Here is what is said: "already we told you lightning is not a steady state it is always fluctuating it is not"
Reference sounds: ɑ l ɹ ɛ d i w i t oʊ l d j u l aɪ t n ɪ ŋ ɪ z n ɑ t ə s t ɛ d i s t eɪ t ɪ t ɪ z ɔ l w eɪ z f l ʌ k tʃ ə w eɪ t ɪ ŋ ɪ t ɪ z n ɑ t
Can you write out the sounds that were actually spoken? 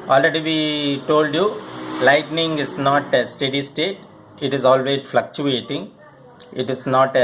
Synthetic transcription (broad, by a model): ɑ l ɹ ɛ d i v i t oʊ l d j u l aɪ t n ɪ ŋ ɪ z n ɑ t ə s t ɛ d i s t eɪ t ɪ t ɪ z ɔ l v eɪ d f l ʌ k tʃ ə eɪ t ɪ ŋ ɪ t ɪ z n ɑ t